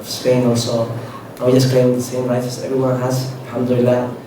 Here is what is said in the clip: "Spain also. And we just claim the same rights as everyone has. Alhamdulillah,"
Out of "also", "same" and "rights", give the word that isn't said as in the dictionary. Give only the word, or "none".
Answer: rights